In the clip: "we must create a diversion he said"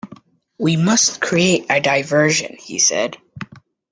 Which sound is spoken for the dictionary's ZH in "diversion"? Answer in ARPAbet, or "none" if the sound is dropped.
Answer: ZH